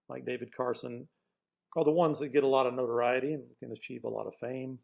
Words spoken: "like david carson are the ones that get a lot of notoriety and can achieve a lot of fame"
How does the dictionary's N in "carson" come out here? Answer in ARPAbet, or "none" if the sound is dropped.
N